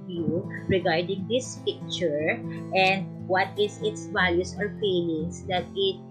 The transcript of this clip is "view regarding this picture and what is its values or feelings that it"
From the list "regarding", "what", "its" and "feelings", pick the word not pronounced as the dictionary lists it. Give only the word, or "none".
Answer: feelings